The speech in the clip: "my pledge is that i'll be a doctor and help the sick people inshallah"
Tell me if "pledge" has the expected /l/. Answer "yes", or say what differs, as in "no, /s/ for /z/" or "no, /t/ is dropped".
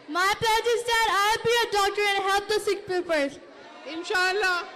no, /l/ is dropped